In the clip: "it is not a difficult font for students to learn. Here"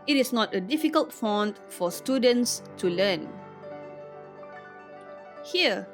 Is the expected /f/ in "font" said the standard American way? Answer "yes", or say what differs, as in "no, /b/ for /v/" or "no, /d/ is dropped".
yes